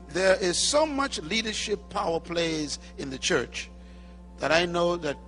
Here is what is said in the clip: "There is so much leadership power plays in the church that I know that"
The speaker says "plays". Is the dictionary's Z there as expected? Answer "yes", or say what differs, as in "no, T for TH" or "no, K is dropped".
yes